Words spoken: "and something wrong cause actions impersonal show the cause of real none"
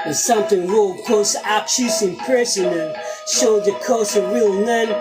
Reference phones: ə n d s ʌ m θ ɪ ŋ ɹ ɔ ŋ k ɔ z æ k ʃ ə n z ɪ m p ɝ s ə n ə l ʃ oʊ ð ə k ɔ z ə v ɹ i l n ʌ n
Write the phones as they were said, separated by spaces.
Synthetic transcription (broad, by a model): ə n s ʌ m θ ɪ ŋ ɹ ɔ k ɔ s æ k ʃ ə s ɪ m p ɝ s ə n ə n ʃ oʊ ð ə k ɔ s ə ɹ i l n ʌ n